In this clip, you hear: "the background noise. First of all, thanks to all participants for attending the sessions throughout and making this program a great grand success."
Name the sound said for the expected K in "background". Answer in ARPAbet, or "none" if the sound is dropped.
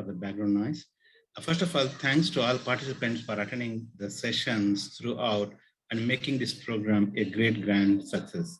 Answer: none